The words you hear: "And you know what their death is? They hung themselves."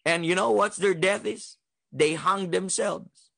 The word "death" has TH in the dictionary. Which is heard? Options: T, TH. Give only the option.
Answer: TH